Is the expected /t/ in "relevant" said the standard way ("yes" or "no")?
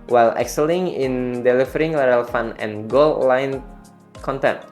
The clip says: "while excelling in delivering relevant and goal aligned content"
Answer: no